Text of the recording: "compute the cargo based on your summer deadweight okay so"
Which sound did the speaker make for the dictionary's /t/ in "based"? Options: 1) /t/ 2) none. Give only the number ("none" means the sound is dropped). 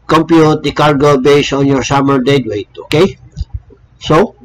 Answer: 2